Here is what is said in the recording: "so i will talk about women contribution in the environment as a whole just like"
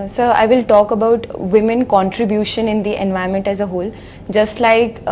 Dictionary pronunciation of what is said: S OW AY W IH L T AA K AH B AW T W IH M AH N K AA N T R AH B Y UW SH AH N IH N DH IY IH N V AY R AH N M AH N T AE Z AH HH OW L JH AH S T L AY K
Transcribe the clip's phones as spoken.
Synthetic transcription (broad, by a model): S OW AY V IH L T AA K AH B AW T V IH M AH N K AA N T R AH B Y UW SH AH N IH N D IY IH N V AY AH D M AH N T AE Z AH HH OW L JH AH S T L AY K